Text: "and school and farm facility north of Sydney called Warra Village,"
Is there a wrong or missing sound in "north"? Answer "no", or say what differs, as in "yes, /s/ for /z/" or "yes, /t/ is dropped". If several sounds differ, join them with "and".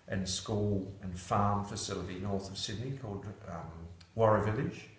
no